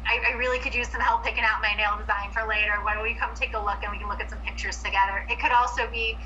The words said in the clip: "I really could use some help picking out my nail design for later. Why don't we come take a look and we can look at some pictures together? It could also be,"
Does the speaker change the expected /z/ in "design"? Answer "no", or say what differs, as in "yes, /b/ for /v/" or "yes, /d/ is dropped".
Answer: no